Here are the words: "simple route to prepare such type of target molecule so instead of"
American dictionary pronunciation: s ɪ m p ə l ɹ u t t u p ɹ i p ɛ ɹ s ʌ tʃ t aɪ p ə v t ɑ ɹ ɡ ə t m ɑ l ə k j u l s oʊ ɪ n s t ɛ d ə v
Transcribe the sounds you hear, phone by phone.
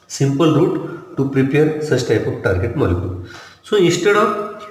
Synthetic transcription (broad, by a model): s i m p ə l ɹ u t t u p ɹ i p ɛ ɹ s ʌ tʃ t aɪ p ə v t ɑ ɹ ɡ ə t m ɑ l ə k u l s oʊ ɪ s t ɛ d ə